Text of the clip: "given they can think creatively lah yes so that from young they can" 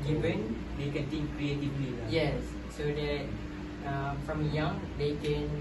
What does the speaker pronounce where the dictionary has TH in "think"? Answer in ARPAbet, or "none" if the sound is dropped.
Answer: T